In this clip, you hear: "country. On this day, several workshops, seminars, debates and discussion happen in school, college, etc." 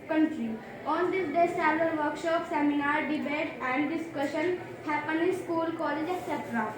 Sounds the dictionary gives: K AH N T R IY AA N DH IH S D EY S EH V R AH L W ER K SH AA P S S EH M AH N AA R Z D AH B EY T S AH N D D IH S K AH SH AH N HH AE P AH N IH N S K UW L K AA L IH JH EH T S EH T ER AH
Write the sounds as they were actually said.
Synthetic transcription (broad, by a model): K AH N T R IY AA N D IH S D EY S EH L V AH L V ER K SH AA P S S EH M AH N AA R D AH B EY T AH N D D IH S K AH SH AH N HH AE P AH N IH S K UW L K AA L IH JH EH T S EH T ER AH